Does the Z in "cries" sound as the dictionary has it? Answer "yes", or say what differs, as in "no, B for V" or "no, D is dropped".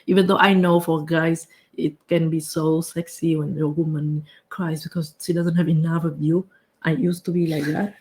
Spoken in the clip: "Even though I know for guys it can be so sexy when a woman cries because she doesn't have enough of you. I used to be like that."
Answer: no, S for Z